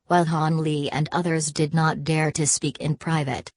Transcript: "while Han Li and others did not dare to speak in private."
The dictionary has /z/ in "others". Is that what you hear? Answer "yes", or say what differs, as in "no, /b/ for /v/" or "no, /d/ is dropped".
yes